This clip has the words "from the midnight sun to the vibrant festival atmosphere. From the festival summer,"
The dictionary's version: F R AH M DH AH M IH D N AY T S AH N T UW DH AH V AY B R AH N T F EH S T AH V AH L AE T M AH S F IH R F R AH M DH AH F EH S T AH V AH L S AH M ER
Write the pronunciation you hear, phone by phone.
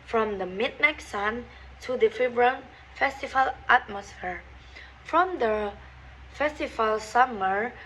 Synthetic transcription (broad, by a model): F R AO M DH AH M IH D N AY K S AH N T UW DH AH F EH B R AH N F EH S T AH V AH L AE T M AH S F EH R F R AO M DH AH F EH S T AH V AH L S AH M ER